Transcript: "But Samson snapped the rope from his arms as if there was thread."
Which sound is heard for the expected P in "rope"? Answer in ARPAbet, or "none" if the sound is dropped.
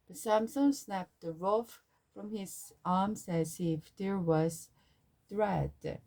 F